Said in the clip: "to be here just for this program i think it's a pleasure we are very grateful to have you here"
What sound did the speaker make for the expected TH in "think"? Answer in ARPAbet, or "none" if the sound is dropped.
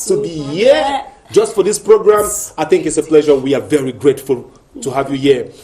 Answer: TH